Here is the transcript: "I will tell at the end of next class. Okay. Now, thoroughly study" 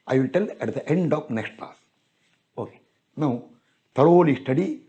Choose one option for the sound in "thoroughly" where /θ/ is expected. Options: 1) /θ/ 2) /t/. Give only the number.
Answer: 2